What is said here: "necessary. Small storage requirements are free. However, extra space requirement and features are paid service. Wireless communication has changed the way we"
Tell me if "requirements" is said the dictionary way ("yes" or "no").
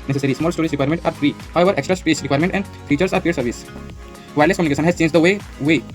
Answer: no